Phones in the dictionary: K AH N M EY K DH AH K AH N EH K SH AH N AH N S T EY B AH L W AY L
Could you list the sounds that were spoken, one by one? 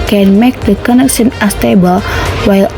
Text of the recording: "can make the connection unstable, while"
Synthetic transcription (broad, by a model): K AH N M EY K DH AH K AH N EH K SH AH N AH S T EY B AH L W AY L